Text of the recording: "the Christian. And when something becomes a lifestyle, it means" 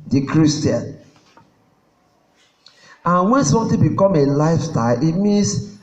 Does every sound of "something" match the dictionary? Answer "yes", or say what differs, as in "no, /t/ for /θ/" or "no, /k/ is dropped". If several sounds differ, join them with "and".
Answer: no, /t/ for /θ/